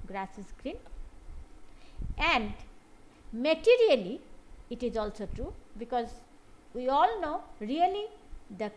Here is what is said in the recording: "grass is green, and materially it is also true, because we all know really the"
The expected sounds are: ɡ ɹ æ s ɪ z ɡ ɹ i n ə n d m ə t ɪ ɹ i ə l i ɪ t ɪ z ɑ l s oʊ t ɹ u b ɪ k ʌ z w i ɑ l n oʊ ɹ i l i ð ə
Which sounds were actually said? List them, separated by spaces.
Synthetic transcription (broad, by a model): ɡ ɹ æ s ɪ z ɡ ɹ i n ə n d m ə t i ɹ i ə l i t ɪ z ɑ l s oʊ t ɹ u b ɪ k ʌ z w i ɑ l n oʊ ɹ i l i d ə